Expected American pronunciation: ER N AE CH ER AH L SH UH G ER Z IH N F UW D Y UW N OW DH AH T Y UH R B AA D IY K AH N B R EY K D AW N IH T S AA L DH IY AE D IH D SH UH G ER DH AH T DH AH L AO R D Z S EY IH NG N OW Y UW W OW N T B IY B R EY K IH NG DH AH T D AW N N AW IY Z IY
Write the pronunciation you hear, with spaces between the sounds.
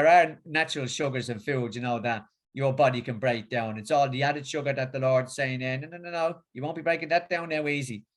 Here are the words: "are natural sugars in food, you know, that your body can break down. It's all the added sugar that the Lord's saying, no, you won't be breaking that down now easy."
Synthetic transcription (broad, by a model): ER N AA CH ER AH L SH UH G ER Z IH N F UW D Y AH N OW DH AH T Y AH R B AA D IY K AH N B R EY K D AW N IH T S AA L DH IY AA D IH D SH UH G ER DH AH T DH AH L AO R D Z S EY IH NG N OW Y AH W OW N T B IY B R EY K IH NG DH AH T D AW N N AW IY Z IY